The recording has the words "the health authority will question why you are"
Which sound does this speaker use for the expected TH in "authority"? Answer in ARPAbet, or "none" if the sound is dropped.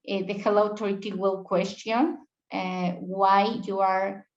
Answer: T